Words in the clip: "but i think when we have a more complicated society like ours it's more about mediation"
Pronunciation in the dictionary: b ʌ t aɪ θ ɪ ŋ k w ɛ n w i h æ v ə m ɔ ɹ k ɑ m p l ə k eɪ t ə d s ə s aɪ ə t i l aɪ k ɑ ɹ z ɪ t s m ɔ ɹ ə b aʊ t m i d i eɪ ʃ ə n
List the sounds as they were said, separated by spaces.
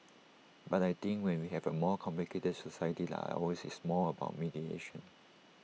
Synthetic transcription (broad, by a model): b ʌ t aɪ t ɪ ŋ k w ɛ n w i h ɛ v ə m ɔ k ɑ m p l ə k eɪ t ə d s ə s aɪ ə t i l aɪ ɑ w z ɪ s m ɔ l ə b aʊ t m i d i eɪ ʃ ə n